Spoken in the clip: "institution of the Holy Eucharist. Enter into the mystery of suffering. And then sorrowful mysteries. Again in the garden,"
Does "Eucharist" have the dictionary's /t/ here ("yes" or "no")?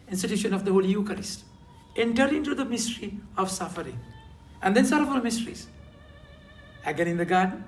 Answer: yes